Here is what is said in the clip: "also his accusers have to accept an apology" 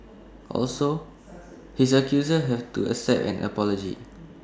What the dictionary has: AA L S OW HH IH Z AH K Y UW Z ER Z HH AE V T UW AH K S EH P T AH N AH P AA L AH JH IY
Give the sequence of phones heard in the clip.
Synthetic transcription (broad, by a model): AA L S OW HH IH S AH K Y UW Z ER HH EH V T UW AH S EH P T AH N AH P AA L AH JH IY